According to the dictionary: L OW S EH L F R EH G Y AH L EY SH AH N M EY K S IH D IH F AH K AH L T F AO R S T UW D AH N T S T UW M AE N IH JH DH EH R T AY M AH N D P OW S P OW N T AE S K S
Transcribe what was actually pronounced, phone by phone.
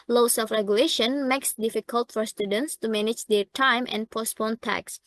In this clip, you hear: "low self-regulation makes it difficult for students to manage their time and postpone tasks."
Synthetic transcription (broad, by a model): L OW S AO F R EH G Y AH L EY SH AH N M EY K S D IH F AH K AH L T F AO R S T UW D AH N T S T UW M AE N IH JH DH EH R T AY M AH N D P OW S P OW N T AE K S